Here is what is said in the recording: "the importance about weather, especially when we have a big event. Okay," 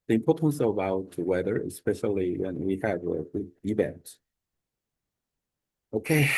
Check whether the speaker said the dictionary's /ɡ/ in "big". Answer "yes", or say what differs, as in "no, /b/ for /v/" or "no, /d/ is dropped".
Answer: no, /ɡ/ is dropped